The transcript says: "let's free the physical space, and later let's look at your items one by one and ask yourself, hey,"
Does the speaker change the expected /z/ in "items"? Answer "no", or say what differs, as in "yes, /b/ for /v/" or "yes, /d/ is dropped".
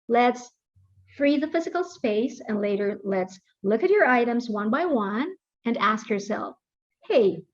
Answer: no